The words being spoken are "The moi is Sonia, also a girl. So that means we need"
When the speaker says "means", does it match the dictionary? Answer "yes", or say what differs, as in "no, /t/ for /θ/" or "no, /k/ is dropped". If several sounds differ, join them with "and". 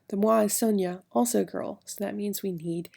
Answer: yes